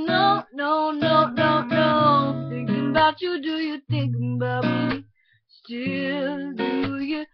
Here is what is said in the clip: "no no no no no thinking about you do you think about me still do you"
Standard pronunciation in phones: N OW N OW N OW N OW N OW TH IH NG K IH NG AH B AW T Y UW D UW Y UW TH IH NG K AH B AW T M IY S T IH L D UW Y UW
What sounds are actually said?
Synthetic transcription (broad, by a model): N OW N OW N OW N OW N OW TH IH NG K IH NG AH B AW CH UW D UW Y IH TH IH NG K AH B AW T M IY S T IH L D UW Y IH